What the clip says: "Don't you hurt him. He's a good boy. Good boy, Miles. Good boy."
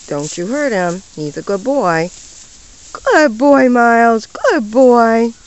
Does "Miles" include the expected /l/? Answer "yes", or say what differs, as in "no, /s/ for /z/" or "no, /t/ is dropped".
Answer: yes